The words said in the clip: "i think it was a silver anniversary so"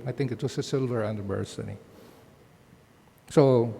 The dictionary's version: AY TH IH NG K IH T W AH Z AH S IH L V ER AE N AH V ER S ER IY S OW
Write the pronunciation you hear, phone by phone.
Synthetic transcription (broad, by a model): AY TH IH NG K IH T W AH S AH S IH L V ER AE N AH B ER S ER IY S OW